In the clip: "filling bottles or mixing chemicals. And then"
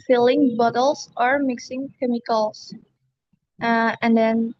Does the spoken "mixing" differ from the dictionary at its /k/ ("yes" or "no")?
no